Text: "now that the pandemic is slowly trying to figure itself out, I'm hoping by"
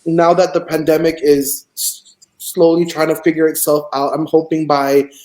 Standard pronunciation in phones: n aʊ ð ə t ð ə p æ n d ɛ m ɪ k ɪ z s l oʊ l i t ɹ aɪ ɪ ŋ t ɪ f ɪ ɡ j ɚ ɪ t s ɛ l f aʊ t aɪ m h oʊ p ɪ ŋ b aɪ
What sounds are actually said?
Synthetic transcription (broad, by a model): n aʊ ð ə t ð ə p æ n d ɛ m ɪ k ɪ z s l oʊ l i t ɹ aɪ ɪ ŋ t ɪ f ɪ ɡ j ɚ ɪ t s ɛ l f aʊ t aɪ m h oʊ p ɪ ŋ b aɪ